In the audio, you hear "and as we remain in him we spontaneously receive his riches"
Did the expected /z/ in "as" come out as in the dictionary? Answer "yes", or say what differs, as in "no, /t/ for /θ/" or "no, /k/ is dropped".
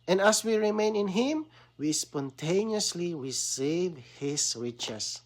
no, /s/ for /z/